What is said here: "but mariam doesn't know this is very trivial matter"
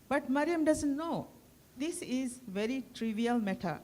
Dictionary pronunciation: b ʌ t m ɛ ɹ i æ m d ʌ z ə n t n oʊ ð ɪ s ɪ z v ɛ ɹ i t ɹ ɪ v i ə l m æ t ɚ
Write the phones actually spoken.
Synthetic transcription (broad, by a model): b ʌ t m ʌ ɹ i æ m d ʌ z ə n t n oʊ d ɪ s ɪ z v ɛ ɹ i t ɹ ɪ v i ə l m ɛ t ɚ